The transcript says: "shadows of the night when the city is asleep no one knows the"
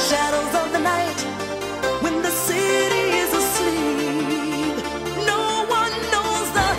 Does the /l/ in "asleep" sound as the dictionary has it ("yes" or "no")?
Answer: yes